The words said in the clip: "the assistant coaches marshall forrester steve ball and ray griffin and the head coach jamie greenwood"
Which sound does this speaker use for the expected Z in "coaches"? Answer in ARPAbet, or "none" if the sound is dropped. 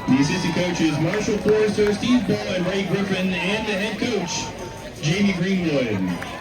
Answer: Z